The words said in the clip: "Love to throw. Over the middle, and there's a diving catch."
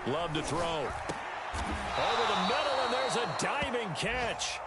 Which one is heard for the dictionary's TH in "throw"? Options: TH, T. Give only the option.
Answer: TH